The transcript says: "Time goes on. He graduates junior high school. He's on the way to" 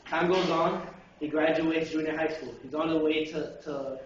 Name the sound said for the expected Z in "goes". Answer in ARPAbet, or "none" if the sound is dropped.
Z